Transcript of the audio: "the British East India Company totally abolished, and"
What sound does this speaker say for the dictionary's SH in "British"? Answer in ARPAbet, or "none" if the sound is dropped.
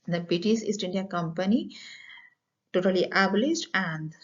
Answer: S